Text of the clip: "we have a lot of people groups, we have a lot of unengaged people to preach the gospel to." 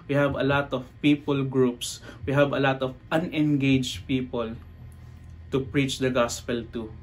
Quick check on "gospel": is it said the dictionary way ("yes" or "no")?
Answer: yes